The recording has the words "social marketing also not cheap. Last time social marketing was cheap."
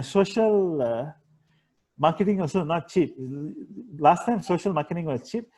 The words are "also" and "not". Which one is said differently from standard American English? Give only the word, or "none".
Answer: also